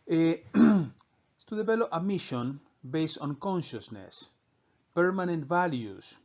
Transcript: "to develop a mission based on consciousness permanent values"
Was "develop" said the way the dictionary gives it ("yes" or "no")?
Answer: no